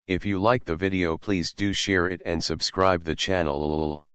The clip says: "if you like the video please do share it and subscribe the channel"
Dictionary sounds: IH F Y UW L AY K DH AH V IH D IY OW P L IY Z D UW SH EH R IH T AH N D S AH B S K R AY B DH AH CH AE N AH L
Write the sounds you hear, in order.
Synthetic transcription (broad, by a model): IH F Y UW L AY K DH AH V IH D IY OW P L IY Z D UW SH EH R IH T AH N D S AH B S K R AY B DH AH CH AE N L